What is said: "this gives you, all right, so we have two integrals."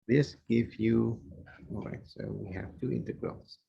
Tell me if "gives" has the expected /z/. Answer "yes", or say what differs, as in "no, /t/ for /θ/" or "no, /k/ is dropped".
no, /z/ is dropped